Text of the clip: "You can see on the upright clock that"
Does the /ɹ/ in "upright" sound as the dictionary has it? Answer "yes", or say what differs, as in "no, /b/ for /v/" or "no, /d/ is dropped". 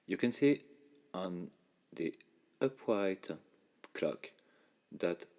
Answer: no, /w/ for /ɹ/